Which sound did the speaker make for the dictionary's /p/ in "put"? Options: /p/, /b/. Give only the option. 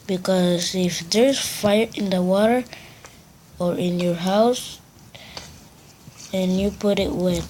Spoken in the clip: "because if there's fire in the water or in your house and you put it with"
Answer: /p/